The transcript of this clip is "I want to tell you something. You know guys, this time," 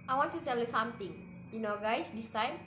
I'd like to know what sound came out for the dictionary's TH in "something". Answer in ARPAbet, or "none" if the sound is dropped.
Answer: T